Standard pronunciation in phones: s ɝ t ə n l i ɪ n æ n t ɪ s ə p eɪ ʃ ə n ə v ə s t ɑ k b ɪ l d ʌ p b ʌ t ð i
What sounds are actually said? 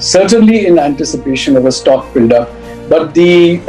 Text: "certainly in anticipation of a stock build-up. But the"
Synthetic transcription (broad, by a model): s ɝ t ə n l i ɪ n æ n t ɪ s ə p eɪ ʃ ə n ə v ə s t ɑ k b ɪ l d ʌ b ʌ t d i